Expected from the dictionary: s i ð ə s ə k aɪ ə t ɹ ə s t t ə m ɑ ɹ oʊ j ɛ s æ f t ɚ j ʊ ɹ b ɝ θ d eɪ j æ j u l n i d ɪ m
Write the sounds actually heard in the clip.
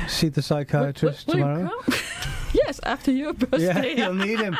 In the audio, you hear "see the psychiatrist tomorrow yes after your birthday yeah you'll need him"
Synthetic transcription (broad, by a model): s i ð ə s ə k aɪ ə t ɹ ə s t t ə m ɑ ɹ oʊ j ɛ s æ f t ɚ j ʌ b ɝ j æ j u l n i d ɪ m